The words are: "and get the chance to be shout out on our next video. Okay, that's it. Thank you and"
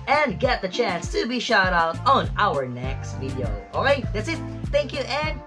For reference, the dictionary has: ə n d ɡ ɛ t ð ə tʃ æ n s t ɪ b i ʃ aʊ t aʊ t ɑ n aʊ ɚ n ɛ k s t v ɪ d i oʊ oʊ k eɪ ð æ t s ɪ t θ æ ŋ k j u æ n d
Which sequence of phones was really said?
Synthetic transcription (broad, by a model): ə n ɡ ɛ t ð ə tʃ æ n s t ɪ b i ʃ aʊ t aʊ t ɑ n aʊ ɚ n ɛ k s t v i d i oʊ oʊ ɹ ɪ ð æ t s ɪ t θ æ ŋ k j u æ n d